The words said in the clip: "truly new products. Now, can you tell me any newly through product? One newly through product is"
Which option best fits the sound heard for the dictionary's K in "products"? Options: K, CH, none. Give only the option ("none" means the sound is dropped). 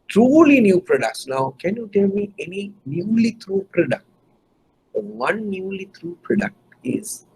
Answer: K